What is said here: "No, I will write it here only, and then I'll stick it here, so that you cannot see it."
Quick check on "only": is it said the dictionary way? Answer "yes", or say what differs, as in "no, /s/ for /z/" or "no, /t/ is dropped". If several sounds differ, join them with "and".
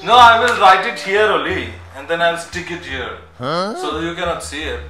no, /n/ is dropped